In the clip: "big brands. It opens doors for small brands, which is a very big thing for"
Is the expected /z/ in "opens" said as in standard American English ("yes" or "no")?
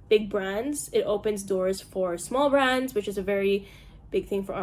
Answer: yes